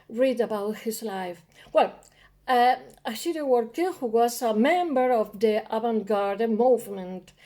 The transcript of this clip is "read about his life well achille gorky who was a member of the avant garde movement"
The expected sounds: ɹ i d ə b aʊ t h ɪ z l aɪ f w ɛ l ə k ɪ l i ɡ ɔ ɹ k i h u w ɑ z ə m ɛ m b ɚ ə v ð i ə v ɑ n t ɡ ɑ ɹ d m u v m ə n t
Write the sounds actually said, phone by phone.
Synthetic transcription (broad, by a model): ɹ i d ə b aʊ t h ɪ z l aɪ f w ɛ l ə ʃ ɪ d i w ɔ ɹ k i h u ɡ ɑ s ə m ɛ m b ɚ ə v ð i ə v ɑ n ɡ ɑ ɹ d m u v m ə n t